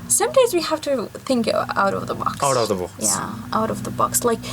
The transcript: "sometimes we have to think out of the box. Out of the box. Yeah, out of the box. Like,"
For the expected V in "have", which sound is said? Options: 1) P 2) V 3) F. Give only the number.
3